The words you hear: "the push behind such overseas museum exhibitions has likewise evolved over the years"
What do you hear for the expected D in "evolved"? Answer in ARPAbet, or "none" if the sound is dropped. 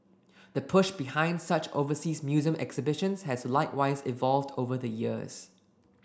D